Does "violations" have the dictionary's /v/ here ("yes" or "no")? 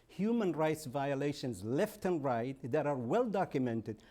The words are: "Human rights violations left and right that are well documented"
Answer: yes